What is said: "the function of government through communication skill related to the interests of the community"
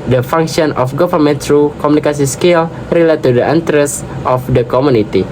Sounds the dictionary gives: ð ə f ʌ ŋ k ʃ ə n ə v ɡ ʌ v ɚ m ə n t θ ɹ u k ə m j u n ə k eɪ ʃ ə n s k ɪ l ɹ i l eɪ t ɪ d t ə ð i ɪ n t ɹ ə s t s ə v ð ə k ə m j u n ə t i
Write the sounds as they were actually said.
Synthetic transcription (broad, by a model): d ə f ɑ ŋ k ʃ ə n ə f ɡ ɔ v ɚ m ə n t ɹ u k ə m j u n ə k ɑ s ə s k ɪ l ɹ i l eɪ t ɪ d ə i n t ɹ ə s s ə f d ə k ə m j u n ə t i